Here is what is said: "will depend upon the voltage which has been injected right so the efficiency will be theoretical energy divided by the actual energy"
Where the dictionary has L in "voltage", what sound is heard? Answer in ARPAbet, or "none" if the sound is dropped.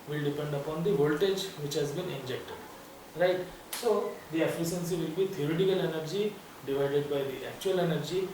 L